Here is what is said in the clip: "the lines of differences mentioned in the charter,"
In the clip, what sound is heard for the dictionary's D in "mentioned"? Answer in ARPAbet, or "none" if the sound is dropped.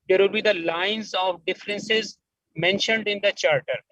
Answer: D